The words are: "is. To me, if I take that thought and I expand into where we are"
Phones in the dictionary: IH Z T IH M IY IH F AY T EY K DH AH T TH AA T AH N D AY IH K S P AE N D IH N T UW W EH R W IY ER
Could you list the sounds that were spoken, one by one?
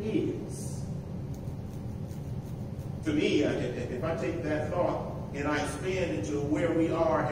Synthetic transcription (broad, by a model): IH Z T IH M IY IH F AY T EY K DH AH T TH AA T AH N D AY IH S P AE N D IH N T UW W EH R W IY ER